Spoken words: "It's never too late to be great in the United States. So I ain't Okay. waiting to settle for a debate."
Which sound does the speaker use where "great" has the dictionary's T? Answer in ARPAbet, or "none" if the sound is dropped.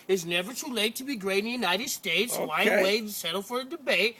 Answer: none